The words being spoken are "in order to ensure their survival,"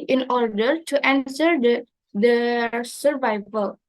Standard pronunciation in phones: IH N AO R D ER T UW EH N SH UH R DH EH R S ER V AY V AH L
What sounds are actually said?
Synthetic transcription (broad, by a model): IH N AO R D ER T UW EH N S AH R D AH S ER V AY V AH L